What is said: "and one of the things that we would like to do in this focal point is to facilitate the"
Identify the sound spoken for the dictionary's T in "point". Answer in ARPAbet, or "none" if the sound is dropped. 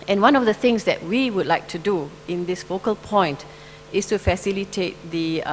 T